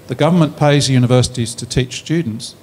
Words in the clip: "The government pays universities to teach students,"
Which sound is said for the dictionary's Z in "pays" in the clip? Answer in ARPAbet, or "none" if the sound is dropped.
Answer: Z